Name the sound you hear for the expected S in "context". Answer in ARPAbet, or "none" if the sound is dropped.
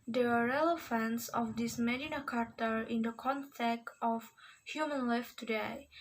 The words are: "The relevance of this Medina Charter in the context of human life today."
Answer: none